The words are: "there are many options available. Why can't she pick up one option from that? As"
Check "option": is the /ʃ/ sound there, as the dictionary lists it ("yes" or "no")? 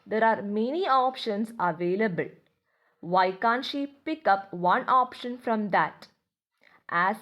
yes